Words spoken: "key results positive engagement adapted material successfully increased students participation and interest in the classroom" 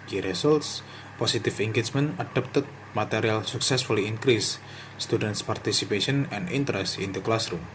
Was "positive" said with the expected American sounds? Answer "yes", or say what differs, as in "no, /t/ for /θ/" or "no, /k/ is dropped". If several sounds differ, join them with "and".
no, /s/ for /z/ and /f/ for /v/